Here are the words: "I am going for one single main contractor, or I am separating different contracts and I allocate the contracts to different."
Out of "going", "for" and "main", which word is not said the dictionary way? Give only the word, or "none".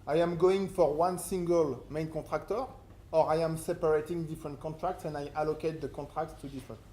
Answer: none